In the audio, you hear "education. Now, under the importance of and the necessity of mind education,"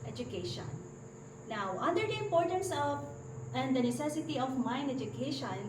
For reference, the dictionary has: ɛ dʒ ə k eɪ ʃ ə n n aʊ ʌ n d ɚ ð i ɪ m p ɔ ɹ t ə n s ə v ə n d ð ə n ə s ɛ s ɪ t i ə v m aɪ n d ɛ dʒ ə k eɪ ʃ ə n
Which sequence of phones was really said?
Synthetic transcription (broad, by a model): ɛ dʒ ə k eɪ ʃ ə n n aʊ ʌ n d ɚ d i ɪ m p ɔ ɹ t ə n s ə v ə n d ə n ə s ɛ s ɪ t i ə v m aɪ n ɛ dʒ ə k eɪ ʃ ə n